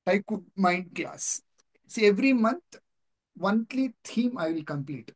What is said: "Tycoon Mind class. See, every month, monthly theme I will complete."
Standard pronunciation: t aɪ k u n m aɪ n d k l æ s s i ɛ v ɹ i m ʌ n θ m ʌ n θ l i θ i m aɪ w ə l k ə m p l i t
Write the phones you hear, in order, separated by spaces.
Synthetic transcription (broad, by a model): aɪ k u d m aɪ n d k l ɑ s s i ɛ v ɹ i m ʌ n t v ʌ n t l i t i m aɪ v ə l k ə m p l i t